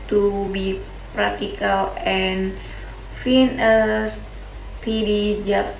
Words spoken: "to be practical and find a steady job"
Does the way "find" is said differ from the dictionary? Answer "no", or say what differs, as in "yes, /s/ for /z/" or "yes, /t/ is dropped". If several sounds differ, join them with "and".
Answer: yes, /d/ is dropped